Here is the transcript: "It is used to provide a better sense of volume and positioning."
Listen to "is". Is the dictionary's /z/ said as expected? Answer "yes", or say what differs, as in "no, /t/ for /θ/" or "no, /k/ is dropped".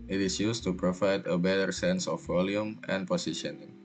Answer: no, /s/ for /z/